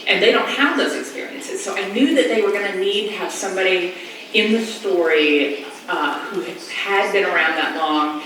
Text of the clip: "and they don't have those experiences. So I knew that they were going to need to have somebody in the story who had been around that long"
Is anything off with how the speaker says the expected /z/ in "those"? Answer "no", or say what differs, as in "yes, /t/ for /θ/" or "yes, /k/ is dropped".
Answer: no